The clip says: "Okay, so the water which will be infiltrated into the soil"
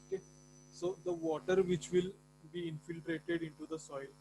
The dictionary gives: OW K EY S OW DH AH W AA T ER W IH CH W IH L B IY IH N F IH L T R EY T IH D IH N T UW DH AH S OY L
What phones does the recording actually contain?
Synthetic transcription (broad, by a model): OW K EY S OW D AH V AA T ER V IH CH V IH L B IY IH N F IH L T R EY T IH D IH N T UW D AH S OY L